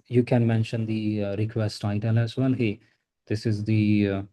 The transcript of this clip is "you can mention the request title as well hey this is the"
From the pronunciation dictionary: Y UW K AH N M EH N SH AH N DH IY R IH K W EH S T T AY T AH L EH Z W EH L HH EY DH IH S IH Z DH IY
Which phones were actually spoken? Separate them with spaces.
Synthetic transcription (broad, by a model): Y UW K AH N M EH N SH AH N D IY R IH K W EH S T T AY T AH L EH S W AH N HH EY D IH S IH Z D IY